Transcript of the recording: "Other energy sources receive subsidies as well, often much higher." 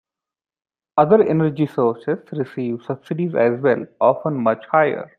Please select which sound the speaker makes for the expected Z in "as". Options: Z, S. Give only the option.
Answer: Z